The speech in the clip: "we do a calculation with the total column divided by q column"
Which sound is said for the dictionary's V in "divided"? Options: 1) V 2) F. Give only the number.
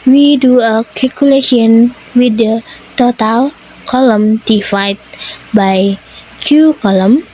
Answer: 2